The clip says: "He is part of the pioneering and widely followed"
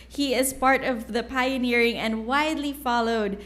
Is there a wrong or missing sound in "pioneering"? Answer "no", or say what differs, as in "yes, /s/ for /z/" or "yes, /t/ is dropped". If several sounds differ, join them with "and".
no